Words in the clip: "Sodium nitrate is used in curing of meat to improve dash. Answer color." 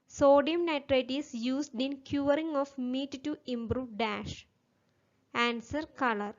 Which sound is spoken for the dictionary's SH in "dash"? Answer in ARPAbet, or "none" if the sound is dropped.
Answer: SH